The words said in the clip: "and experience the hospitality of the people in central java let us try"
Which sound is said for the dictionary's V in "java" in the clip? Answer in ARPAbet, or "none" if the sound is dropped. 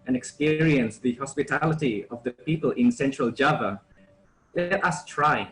V